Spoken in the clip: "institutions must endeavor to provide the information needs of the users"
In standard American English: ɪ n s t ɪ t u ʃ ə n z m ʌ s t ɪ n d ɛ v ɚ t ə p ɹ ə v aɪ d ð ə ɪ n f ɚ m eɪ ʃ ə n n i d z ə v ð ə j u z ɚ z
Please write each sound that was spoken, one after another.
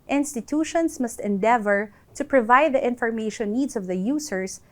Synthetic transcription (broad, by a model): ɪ n s t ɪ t u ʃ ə n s m ʌ s t ɪ n d ɛ v ɚ t ə p ɹ ə v aɪ d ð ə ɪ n f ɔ m eɪ ʃ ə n n i d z ə v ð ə j u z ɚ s